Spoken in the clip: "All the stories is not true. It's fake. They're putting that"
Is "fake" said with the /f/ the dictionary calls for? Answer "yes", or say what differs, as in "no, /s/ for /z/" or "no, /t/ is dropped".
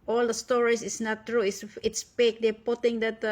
no, /p/ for /f/